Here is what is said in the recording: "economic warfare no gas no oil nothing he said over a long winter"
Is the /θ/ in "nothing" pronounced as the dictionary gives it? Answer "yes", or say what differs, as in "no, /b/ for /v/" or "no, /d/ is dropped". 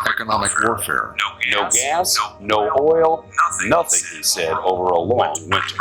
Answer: yes